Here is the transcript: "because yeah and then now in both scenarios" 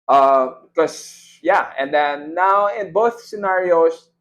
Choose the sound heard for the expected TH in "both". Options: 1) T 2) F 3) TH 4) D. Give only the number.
3